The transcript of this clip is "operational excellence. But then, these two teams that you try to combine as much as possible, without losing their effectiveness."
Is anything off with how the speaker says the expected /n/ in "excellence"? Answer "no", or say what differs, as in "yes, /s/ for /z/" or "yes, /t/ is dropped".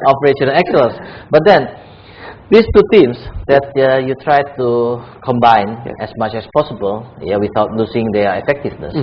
yes, /n/ is dropped